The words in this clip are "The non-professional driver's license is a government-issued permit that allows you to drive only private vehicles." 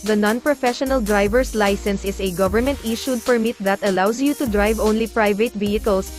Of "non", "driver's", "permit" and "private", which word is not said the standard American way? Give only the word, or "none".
driver's